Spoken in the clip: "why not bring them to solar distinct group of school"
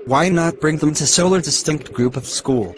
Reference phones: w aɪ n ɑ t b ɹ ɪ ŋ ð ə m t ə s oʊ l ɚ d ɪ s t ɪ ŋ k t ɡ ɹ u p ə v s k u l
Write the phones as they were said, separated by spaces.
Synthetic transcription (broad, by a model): w aɪ n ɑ t b ɹ ɪ ŋ ð ə m t ə s oʊ l ɚ d ɪ s t ɪ ŋ k t ɡ ɹ u p ə v s k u l